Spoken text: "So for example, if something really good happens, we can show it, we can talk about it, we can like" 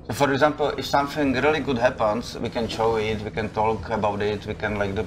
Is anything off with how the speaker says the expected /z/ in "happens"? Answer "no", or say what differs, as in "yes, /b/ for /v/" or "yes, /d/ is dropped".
yes, /s/ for /z/